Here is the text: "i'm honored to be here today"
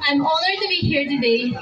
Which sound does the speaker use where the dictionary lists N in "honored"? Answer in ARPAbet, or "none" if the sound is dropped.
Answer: L